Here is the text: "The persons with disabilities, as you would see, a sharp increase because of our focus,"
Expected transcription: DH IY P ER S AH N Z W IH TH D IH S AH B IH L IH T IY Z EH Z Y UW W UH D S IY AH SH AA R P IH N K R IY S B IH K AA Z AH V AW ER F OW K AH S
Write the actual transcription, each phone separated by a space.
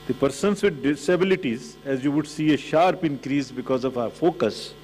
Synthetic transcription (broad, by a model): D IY P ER S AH N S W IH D D IH S AH B IH L IH T IY Z EH Z Y UW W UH D S IY AH SH AA R P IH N K R IY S B IH K AA Z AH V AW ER F OW K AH S